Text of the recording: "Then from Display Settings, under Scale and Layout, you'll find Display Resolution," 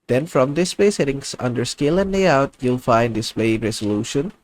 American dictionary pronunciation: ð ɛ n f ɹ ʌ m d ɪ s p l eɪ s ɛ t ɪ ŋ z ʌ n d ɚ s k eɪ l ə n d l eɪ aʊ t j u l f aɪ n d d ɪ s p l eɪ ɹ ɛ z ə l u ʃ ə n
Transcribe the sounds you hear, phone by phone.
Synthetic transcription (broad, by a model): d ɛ n f ɹ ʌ m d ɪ s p eɪ s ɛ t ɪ ŋ s ʌ n d ɚ s k eɪ l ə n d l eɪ aʊ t j u l f aɪ n d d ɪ s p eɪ ɹ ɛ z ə l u ʃ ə n